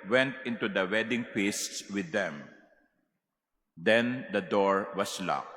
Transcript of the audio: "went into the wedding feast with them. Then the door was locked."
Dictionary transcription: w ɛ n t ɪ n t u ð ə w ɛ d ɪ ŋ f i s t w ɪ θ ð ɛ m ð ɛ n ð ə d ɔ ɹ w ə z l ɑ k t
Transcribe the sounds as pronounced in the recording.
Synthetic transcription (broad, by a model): w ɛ n t ɪ n t u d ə w ɛ d ɪ ŋ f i s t w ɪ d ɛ m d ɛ n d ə d ɔ ɹ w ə s l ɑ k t